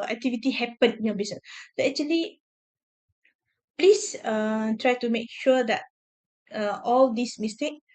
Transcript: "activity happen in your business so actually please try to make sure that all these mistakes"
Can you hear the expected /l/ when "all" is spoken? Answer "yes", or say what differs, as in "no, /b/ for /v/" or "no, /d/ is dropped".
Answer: yes